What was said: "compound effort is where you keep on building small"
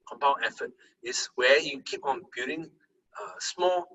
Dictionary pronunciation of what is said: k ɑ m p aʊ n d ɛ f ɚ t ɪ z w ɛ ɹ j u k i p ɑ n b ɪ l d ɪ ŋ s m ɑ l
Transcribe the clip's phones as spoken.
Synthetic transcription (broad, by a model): k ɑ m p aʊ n ɛ f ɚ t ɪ s w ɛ j u k i p ɑ n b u d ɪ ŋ s m ɑ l